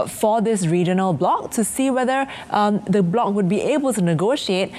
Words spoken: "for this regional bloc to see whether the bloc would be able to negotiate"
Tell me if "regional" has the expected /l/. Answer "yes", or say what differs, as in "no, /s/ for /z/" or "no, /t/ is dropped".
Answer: yes